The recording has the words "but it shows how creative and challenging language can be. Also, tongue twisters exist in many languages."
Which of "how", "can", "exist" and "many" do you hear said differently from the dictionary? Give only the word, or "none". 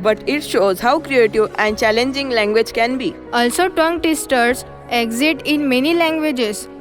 exist